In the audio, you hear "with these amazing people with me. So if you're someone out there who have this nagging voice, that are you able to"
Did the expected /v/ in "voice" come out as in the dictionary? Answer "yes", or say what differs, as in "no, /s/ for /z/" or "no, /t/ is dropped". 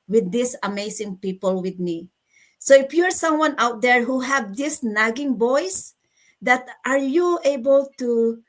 no, /b/ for /v/